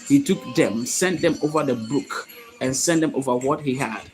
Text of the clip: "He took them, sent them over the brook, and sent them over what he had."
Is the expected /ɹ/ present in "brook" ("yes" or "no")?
no